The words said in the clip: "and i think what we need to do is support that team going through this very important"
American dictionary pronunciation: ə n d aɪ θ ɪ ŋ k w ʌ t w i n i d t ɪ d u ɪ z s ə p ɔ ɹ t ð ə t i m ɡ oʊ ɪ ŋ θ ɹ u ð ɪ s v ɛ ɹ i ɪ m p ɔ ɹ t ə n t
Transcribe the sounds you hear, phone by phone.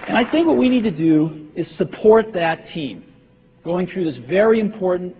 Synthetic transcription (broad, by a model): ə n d aɪ θ ɪ ŋ k w ʌ t w i n i d t ɪ d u ɪ z s ə p ɔ ɹ t ð ə t i m ɡ oʊ ɪ ŋ θ ɹ u ð ɪ s v ɛ ɹ i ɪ m p ɔ ɹ t n t